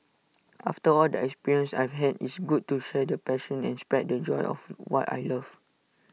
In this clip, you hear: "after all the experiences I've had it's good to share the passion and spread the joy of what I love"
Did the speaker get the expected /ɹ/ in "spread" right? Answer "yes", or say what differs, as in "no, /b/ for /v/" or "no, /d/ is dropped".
no, /ɹ/ is dropped